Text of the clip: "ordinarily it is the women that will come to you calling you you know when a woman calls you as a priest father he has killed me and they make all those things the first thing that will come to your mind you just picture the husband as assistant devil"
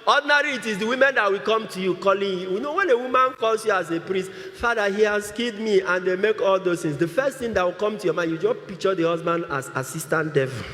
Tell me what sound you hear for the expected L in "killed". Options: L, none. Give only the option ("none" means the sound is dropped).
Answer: none